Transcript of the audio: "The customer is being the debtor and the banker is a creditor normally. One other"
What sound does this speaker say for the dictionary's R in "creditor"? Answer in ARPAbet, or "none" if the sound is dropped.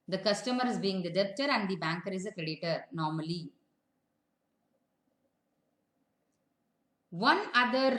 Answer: R